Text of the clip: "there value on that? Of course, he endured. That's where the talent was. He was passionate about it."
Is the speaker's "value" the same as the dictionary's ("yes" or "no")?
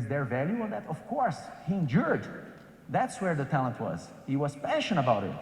yes